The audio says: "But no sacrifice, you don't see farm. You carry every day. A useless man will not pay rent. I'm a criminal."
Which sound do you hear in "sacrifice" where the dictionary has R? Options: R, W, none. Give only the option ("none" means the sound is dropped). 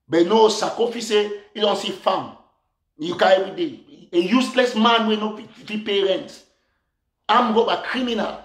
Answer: none